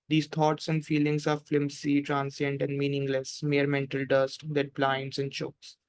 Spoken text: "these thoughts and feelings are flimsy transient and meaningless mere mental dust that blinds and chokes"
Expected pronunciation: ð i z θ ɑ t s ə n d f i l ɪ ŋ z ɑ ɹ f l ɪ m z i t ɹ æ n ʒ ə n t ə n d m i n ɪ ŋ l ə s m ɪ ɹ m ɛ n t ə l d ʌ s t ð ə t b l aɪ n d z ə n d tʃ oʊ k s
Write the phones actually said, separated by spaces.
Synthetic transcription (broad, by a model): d i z t ɑ t s ə n d f i l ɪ ŋ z ɑ ɹ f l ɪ m s i t ɹ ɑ n s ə n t ə n d m i n ɪ ŋ l ə s m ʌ ɹ m ɛ n t ə l d ʌ s t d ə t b l aɪ n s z ə n d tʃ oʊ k s